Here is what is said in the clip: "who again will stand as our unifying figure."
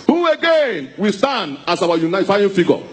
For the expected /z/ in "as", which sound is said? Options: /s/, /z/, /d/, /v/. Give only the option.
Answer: /s/